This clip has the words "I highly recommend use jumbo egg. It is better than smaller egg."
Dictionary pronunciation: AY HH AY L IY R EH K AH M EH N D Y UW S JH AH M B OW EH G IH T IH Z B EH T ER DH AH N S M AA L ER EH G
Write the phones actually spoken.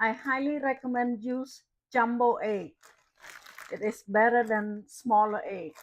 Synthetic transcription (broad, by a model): AY HH AY L IY R EH K AH M EH N D Y UW S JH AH M B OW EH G IH T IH S B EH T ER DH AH N S M AA L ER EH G